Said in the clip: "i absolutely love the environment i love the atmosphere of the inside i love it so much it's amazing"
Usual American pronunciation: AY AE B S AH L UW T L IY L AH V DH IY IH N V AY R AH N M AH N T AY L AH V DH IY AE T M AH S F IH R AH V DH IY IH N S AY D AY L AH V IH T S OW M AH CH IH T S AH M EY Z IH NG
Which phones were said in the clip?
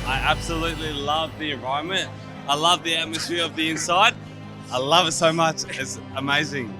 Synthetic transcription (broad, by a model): AY AE B S AH L UW T L IY L AH V DH IY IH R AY AH M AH T AY L AH V DH IY AE T M AH S F IH R AH V DH IY IH N S AY D AY L AH V IH T S OW M AH CH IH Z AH M EY Z IH NG